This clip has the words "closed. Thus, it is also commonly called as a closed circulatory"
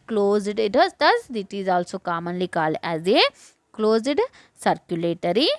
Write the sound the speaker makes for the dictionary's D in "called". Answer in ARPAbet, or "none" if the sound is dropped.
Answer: none